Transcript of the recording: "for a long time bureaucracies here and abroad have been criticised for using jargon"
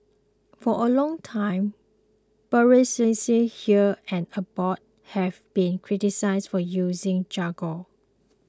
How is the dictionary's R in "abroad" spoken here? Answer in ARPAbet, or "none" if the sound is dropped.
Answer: none